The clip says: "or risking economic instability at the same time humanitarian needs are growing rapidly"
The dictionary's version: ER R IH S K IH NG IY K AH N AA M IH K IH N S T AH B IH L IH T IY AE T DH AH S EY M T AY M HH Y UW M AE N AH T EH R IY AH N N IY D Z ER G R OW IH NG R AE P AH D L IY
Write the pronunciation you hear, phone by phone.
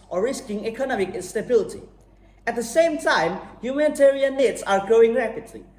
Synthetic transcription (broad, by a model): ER R IH S K IH NG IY K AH N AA M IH K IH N S T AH B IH L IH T IY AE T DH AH S EY M T AY M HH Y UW M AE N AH T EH R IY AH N N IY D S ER G R OW IH NG R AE P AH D L IY